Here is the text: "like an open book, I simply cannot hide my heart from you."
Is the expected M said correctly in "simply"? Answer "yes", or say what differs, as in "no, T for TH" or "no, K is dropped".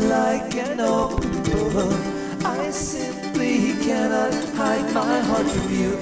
yes